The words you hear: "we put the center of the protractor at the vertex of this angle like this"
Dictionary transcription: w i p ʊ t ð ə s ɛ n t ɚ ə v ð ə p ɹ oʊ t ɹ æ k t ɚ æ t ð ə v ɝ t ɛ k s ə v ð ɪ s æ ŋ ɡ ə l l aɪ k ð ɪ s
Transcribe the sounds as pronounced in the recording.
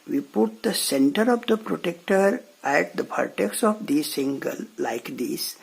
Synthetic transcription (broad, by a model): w i p ʊ t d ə s ɛ n t ɚ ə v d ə p ɹ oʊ t ɛ k t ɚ æ t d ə p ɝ t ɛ k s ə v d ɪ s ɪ ŋ ɡ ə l l aɪ k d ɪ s